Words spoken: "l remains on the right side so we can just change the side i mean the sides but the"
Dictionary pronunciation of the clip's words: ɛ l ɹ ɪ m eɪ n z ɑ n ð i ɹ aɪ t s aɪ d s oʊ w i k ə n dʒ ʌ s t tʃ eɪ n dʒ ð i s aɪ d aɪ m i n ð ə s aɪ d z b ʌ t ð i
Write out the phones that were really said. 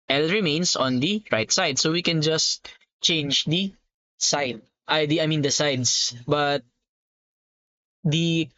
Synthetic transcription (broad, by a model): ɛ l ɹ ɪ m eɪ n s ɑ n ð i ɹ aɪ t s aɪ d s oʊ w i k ə n dʒ ʌ s t tʃ eɪ n dʒ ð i s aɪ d aɪ m i n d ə s aɪ d s b ʌ t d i